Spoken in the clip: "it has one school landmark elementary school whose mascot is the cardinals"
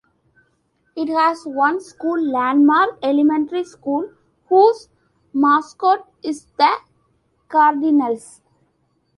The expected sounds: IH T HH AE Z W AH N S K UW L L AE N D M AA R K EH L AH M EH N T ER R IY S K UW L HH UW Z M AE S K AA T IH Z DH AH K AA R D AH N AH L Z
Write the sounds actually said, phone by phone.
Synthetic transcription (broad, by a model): IH T HH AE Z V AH N S K UW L L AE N D M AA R EH L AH M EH N T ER R IY S K UW L HH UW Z M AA S K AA T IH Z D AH K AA R D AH N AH L S